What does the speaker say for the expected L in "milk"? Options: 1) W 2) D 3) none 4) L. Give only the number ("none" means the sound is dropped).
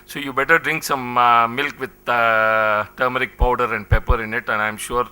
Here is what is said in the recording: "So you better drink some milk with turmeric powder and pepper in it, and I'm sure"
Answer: 4